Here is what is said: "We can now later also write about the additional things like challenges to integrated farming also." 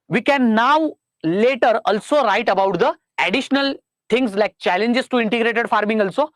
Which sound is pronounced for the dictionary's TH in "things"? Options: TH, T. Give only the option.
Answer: T